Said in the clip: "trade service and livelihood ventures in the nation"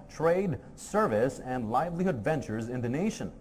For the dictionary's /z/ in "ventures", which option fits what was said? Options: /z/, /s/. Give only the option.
/z/